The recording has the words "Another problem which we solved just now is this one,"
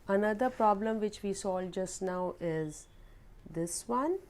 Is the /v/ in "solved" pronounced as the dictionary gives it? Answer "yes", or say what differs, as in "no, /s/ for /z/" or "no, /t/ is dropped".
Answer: no, /v/ is dropped